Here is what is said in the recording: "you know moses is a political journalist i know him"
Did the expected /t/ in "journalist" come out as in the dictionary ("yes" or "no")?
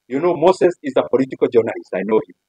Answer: no